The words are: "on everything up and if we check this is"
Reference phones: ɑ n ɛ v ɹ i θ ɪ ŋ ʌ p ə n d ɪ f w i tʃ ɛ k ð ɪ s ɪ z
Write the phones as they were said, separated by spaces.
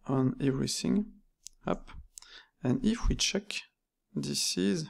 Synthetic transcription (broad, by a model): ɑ n ɛ v ɹ i θ ɪ ŋ ʌ p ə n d ɪ f w i tʃ ɛ k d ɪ s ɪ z